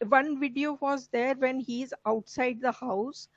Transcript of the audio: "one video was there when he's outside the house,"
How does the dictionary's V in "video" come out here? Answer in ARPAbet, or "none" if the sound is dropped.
V